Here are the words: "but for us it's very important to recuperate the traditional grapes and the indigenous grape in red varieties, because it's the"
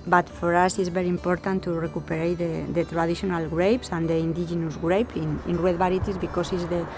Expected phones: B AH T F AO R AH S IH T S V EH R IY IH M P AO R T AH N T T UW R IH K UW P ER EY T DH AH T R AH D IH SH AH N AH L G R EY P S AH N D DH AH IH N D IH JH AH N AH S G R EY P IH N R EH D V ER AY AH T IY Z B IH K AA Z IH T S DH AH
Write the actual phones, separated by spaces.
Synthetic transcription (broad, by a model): B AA T F AO R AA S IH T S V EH R IY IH M P AO R T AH N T T UW R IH K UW P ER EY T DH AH T R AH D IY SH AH N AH L G R EY P S AH N D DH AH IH N D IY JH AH N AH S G R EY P IH N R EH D B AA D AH T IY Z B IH K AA S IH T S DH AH